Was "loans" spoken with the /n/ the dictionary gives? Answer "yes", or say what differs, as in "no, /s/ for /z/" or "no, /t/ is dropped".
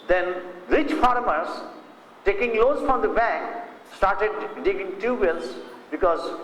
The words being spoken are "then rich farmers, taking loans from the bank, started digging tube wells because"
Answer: no, /n/ is dropped